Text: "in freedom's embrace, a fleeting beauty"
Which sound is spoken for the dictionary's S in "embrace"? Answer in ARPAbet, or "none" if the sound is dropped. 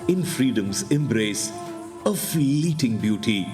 S